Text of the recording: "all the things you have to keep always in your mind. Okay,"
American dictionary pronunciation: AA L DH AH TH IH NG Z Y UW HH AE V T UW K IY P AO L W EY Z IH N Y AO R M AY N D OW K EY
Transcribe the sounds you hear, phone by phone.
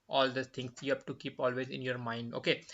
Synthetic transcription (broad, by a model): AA L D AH T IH NG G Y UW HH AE P T UW K IY P AO L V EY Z IH N Y AO R M AY N D OW K EY